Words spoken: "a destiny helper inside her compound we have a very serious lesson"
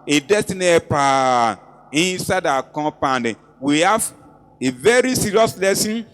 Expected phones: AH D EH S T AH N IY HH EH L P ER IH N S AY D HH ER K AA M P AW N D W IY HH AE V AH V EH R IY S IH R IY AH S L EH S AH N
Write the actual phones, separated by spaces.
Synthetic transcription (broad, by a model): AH D EH S T AH N IY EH P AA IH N S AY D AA K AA P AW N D W IY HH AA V AH V EH R IY S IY R IY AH S L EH S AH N